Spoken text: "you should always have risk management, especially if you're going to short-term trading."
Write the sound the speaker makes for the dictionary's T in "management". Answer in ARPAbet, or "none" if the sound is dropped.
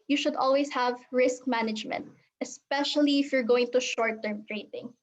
T